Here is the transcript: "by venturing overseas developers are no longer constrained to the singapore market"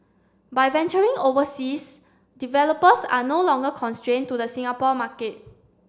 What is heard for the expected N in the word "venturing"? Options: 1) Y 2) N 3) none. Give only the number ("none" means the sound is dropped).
2